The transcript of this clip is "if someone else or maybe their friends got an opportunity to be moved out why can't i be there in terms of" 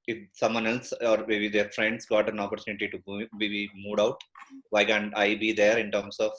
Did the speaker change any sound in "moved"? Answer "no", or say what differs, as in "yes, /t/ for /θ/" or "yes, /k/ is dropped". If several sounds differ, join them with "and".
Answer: yes, /v/ is dropped